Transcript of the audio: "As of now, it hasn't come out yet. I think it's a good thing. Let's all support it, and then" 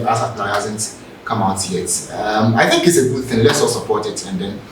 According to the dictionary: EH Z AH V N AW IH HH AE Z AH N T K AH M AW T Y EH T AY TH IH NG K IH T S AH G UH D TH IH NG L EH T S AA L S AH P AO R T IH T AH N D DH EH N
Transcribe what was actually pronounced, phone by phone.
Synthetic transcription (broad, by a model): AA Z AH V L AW IH HH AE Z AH N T K AH M AW T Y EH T AY TH IH NG K IH T S AH G UH D TH IH NG L EH T S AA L S AH P AO R T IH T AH N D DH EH N